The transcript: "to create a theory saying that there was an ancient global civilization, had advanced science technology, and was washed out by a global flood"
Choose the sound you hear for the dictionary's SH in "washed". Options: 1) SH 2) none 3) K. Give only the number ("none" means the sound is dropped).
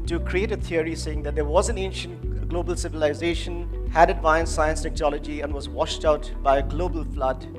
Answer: 1